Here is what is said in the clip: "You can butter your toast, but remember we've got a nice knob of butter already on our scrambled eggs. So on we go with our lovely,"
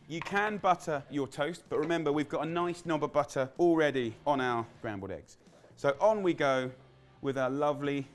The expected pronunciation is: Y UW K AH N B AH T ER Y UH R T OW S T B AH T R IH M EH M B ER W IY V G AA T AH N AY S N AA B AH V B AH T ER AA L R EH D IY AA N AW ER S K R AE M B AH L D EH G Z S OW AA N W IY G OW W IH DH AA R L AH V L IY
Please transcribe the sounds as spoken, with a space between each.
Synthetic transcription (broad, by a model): Y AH K AH N B AH T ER Y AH T OW S T B AH T R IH M EH M B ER W IY V G AA T AH N AY S N AA B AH B AH T ER AA L R EH D IY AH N AW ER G R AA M B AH D EH G Z S OW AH N W IY G OW W IH DH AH L AH V L IY